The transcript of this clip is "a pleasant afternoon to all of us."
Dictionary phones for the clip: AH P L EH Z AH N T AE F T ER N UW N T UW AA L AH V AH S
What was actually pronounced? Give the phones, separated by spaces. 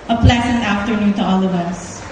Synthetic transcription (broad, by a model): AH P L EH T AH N AE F T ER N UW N T UW AA L AH V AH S